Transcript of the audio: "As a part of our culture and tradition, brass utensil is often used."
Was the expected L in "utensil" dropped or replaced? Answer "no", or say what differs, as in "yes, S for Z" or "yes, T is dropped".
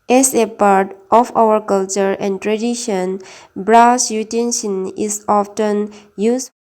yes, N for L